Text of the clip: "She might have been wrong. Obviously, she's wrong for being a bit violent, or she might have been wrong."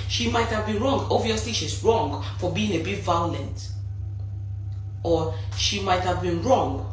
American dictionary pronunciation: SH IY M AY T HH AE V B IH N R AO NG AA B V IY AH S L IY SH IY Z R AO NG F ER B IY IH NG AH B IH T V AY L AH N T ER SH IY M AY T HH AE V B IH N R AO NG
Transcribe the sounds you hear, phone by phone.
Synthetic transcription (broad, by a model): SH IY M AY T HH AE V B IH N R AO NG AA V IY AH S L IY SH IY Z R AO NG F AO B IY IH NG AH B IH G V AY L AH N T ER SH IY M AY T HH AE V B IH N R AO NG